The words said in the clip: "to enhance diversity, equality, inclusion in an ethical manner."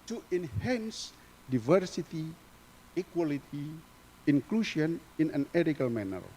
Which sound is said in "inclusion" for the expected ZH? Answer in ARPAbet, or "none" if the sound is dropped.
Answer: SH